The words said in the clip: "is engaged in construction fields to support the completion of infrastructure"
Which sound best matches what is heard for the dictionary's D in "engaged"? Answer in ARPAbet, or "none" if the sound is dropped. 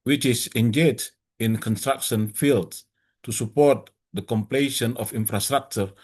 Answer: none